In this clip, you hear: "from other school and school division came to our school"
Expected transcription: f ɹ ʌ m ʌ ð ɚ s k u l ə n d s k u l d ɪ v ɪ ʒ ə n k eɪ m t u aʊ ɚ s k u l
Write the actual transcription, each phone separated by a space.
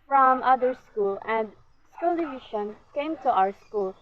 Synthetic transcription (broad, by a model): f ɹ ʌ m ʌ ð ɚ s k u l ə n d s k u l d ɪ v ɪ ʃ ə n k eɪ m t u aʊ ɚ s k u l